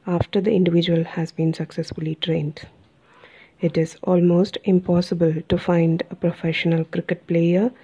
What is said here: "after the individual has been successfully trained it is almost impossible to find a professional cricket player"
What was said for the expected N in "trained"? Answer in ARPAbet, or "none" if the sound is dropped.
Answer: N